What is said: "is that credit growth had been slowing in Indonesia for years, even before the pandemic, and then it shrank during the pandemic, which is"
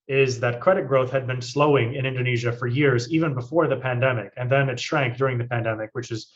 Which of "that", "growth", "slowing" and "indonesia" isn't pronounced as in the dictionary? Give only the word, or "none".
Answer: none